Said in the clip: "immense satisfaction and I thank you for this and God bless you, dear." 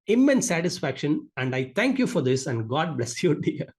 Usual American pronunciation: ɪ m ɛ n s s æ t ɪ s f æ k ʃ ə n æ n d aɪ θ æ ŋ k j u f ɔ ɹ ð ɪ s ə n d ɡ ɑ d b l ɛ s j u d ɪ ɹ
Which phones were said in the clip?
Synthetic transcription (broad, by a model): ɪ m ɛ n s s æ t ɪ s f æ k ʃ ə n æ n d aɪ t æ ŋ k j u f ɔ ɹ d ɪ s ə n d ɡ ɑ d b l ɛ s j u d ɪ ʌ